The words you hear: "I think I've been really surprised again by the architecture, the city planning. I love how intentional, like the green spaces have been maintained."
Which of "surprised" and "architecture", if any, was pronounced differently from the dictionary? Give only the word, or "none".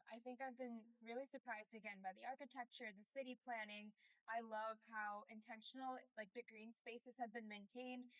none